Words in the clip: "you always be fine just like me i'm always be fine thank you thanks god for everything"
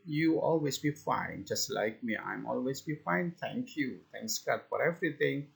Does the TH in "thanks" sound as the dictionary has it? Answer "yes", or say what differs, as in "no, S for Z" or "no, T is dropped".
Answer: no, T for TH